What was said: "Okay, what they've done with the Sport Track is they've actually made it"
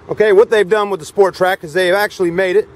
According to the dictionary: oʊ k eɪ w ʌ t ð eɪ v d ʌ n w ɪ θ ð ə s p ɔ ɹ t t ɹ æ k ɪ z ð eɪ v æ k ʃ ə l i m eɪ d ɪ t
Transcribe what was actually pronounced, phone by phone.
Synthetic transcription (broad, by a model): oʊ k eɪ w ʌ t ð eɪ v d ʌ n w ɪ ð ə s p ɔ ɹ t t ɹ æ k ɪ z ð eɪ v æ k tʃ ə l i m eɪ d ɪ t